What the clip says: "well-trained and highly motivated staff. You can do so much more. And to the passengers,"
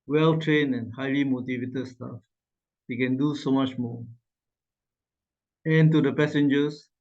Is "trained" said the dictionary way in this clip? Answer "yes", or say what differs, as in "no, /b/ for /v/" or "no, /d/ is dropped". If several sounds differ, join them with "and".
no, /d/ is dropped